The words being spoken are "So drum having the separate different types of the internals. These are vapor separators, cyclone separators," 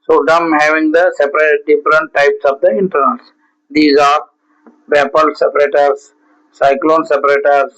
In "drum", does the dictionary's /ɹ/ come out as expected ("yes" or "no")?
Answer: no